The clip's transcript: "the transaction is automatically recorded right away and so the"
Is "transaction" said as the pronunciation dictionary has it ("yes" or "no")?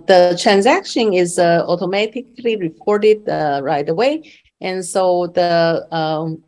yes